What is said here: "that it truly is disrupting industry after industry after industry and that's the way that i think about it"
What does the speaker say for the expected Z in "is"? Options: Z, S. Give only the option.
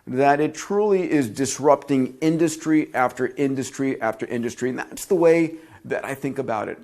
Z